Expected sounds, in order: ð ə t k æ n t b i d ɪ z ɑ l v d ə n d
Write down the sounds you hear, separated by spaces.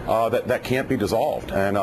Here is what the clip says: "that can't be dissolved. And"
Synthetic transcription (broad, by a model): ð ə t k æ n b i d ɪ z ɑ l v d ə n